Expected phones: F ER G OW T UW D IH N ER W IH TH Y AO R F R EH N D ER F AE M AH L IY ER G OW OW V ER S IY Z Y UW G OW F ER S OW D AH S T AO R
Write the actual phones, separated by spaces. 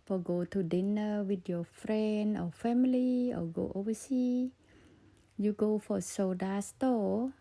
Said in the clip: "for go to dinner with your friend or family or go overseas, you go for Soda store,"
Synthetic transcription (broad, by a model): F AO G OW T UW D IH N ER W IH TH Y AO F R EH N D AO F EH M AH L IY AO G OW OW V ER S IY Y UW G OW F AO S OW D AH S T AO